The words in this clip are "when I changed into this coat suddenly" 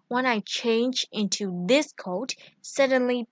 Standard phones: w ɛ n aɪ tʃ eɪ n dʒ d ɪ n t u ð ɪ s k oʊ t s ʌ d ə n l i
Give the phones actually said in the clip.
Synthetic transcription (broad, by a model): w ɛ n aɪ tʃ eɪ n dʒ ɪ n t u ð ɪ s k oʊ t s ʌ d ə n l i